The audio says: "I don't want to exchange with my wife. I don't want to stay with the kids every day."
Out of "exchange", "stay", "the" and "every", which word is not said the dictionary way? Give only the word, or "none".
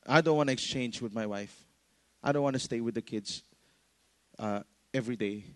none